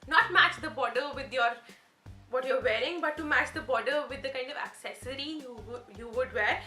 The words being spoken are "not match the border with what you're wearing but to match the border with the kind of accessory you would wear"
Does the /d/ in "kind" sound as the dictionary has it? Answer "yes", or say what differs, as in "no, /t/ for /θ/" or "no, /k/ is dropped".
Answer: yes